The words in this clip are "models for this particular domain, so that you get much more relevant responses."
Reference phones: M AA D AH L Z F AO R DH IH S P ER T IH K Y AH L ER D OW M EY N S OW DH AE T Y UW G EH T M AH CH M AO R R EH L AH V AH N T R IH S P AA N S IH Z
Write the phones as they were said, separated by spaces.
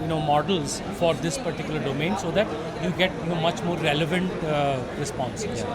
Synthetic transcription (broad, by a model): M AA D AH L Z F AO R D IH S P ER T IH K Y L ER D OW M EY N S OW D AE T Y UW G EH T M AH CH M AO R R EH L AH V AH N T R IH S P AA N S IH